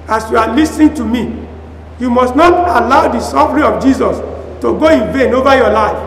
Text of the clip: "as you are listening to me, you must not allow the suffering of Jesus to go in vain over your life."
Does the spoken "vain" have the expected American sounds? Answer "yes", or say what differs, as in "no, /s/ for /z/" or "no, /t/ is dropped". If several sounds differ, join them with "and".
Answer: yes